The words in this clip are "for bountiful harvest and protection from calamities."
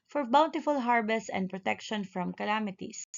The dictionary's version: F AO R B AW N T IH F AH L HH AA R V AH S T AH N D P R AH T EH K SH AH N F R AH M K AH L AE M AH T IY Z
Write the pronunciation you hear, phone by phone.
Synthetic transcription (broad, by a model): F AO R B AW N T IH F AH L HH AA R B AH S AH N D P R AH T EH K SH AH N F R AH M K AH L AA M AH T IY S